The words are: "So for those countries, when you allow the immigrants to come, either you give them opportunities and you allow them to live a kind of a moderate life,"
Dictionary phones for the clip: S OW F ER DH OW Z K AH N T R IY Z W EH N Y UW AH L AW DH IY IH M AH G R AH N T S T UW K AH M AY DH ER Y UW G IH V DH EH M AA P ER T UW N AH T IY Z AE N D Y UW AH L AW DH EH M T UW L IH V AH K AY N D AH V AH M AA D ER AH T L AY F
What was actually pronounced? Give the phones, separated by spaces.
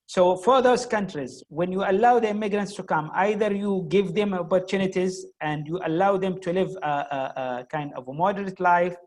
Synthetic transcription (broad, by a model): S OW F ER DH OW Z K AH N T R IY Z W EH N Y UW AH L AW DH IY IH M AH G R AH N T S T UW K AH M AY DH ER Y UW G IH V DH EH M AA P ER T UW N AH T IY Z AE N D Y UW AH L AW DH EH M T UW L IH V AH K AY N D AH V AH M AA D ER AH T L AY F